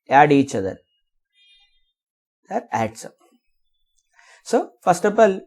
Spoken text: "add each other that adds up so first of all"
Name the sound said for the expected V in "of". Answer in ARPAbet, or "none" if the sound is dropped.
P